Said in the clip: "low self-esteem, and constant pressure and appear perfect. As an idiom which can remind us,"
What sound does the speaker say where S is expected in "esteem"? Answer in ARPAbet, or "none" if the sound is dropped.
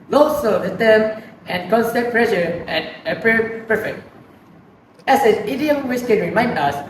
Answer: none